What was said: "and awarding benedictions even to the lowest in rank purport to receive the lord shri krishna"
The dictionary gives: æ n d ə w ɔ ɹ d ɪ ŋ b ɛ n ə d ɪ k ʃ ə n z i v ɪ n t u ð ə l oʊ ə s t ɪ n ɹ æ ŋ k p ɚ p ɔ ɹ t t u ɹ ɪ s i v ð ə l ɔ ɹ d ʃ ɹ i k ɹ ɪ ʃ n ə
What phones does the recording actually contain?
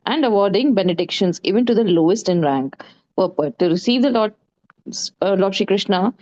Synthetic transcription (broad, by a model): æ n d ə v ɔ ɹ d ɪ ŋ b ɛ n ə d ɪ k ʃ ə n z i v ɪ n t u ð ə l oʊ ə s t ɪ n ɹ æ ŋ k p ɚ p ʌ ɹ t t u ɹ ɪ s i v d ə l ɔ l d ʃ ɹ i k ɹ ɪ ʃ n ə